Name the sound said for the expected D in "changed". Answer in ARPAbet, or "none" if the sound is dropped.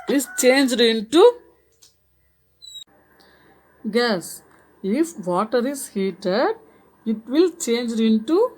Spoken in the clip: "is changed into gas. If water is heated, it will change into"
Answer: D